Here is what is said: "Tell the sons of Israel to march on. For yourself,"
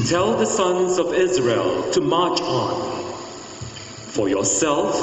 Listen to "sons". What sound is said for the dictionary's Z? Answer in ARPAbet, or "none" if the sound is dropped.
Z